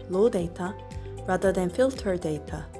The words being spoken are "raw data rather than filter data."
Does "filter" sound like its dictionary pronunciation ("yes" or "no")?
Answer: yes